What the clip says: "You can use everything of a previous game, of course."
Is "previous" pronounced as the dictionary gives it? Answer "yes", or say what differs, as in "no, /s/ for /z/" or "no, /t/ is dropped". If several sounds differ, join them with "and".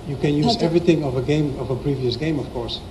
yes